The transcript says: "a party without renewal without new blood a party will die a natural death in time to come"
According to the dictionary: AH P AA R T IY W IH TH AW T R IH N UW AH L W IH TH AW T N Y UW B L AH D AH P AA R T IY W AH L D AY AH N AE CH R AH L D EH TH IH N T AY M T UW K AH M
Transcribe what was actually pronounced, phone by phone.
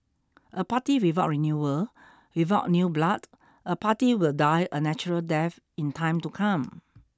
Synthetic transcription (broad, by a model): AH P AA T IY W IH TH AW T R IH N UW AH L W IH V AW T N Y UW B L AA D AH P AA T IY W AH L D AY AH N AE CH R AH L D EH F IH N T AY M T UW K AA M